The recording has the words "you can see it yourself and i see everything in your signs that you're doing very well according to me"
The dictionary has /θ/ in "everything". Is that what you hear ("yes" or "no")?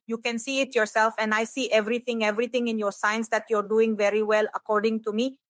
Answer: no